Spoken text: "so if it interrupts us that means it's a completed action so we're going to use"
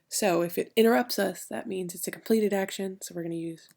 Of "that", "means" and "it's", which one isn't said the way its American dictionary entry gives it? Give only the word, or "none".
none